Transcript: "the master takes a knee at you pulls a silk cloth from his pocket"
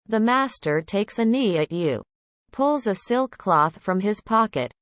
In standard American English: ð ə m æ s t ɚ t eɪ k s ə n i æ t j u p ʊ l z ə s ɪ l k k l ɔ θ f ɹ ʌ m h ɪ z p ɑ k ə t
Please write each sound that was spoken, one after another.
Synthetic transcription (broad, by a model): ð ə m æ s t ɚ t eɪ k s ə n i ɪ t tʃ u p ʊ l z ə s ɪ l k k l ɔ θ f ɹ ʌ m ɪ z p ɑ k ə t